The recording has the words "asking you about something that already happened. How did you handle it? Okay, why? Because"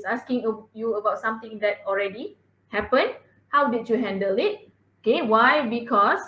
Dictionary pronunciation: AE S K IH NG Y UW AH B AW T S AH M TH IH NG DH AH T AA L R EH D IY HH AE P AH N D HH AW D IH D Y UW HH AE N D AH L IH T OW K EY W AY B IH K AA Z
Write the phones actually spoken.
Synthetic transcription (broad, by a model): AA S K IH NG Y UW AH B AW T S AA M T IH NG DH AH T AA L R EH D IY HH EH P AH N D HH AW D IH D Y UW HH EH N D AH L IH T OW K EY W AY B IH K AA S